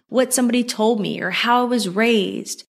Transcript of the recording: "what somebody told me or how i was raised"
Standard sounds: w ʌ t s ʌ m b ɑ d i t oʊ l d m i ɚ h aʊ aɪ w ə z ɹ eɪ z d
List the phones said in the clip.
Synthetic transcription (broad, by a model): w ʌ t s ʌ m b ɑ d i t oʊ l d m i ɚ h aʊ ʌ w ə z ɹ eɪ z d